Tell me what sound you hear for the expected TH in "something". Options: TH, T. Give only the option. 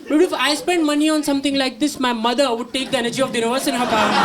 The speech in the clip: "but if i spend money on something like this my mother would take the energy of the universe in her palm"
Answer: T